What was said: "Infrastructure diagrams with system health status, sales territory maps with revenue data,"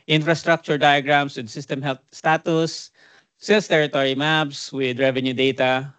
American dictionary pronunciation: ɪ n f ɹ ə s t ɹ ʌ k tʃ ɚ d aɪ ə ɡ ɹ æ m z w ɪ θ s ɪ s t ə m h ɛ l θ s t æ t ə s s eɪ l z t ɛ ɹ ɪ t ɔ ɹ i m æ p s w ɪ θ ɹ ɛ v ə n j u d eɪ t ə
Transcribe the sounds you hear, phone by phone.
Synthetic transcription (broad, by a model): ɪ n f ɹ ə s t ɹ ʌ k tʃ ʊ d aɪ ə ɡ ɹ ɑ m s w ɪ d s ɪ s t ə m h ɛ l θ s t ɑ t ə s s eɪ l s t ɛ ɹ ɪ t ɔ ɹ i m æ b s w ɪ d ɹ ɛ v ə n j u d eɪ t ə